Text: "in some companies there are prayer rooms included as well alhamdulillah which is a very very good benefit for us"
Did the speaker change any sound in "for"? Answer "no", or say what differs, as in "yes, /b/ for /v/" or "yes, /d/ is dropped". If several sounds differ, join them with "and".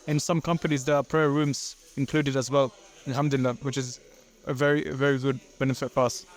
yes, /p/ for /f/